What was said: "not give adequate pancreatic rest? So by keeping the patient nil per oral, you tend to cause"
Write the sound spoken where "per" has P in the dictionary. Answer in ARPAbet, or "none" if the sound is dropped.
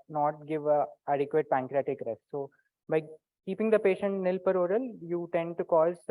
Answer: P